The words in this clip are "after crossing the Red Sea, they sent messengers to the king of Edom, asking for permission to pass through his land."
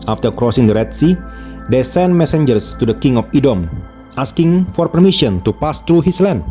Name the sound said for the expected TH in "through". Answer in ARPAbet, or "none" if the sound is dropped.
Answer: T